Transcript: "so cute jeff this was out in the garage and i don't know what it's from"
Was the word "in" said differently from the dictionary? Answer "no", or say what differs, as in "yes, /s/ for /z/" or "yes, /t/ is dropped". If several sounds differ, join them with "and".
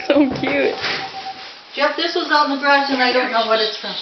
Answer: yes, /l/ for /n/